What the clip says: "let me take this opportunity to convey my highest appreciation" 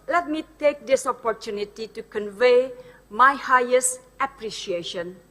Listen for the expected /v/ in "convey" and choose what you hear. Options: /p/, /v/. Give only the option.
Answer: /v/